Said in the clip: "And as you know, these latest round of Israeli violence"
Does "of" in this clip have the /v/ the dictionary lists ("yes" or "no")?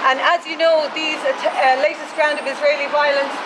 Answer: yes